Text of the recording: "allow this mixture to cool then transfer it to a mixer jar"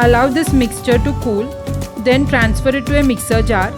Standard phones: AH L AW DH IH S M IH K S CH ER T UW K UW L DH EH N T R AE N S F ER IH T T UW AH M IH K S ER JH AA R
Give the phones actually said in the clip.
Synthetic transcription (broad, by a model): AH L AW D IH S M IH K S CH ER T UW K UW L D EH N T R AE N S F ER IH T T UW AH M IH K S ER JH AA R